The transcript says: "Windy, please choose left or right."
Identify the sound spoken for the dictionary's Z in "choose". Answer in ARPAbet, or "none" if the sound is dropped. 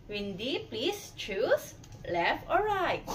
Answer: S